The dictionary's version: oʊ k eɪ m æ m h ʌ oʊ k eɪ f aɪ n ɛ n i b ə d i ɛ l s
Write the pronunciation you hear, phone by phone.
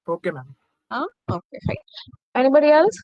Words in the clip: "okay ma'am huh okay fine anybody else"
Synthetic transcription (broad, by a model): oʊ k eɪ m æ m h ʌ oʊ k eɪ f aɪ ɛ n i b ə d i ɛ l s